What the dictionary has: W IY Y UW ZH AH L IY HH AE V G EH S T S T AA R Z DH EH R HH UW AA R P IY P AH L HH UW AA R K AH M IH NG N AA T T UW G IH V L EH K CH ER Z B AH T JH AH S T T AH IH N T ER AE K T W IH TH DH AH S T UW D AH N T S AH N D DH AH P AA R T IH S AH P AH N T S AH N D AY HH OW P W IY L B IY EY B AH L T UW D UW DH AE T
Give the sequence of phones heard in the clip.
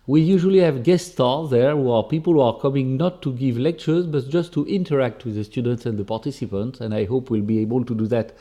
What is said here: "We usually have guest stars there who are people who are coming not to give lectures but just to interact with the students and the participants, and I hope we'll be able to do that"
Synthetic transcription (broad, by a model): W IY Y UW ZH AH L IY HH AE V G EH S S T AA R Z DH EH R HH UW AA R P IY P AH L HH UW AA R K AH M IH NG N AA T T UW G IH V L EH K CH ER Z B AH T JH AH S T T AH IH N T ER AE K T W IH DH AH S T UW D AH N T S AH N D DH AH P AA R T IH S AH P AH N T S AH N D AY HH OW P W IY L B IY EY B AH L T UW D UW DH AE T